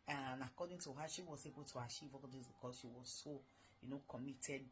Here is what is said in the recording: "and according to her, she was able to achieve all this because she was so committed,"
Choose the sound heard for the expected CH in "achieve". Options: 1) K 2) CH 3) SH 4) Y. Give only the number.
3